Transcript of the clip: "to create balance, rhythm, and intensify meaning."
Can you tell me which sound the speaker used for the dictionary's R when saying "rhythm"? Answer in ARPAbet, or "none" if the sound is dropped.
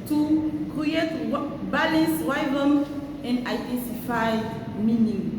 W